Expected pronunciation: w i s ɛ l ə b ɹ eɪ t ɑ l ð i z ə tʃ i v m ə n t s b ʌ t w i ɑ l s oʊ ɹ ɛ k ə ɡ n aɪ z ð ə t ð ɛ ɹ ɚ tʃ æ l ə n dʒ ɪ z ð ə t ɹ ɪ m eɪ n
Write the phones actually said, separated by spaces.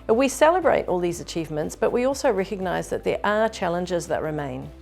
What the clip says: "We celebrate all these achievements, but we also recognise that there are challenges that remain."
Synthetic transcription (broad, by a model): w i s ɛ l ə b ɹ eɪ t ɑ l ð i z ə tʃ i v m ə n t s b ʌ t w i ɑ l s oʊ ɹ ɛ k ə ɡ n aɪ z ð ə t ð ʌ ɹ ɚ tʃ æ l ə n dʒ ɪ z ð ə t ɹ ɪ m eɪ n